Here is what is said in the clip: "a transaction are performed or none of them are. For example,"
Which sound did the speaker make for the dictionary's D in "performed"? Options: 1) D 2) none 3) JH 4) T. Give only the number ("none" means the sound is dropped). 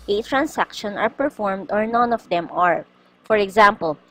1